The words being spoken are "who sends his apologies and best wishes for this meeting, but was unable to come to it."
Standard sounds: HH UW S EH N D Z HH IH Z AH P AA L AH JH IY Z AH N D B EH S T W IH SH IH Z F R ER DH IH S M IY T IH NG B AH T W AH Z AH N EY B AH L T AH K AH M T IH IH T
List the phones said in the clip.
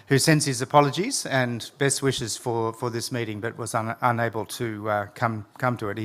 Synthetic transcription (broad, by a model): HH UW S EH N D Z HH IH Z AH P AA L AH JH IY Z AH N B EH S T W IH SH IH Z F R ER DH IH S M IY T IH NG B AH T W AH Z AH N EY B AH L T AH K AH M T IH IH T